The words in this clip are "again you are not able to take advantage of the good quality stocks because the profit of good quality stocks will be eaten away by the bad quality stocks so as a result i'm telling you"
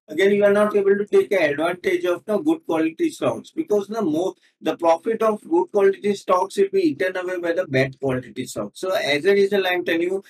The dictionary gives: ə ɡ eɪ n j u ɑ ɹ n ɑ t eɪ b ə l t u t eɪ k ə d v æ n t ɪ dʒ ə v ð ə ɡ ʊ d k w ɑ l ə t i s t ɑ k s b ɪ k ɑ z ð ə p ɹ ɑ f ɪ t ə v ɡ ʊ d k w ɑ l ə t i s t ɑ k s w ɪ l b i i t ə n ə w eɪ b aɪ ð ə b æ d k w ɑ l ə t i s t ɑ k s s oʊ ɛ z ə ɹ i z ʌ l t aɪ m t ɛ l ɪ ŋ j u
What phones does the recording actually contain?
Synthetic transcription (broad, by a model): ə ɡ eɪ n j u ɑ ɹ n ɑ t eɪ b ə l t u t eɪ k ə d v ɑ n t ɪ dʒ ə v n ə ɡ ʊ d k w ɑ l ə t i s t ɑ k s b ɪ k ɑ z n ə p ɹ ɑ f ɪ t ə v ɡ ʊ d k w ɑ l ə t i s t ɑ k s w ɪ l b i i t ə n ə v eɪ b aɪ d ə b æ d k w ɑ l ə t i s t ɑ k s s oʊ ɛ z ə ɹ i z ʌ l aɪ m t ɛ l j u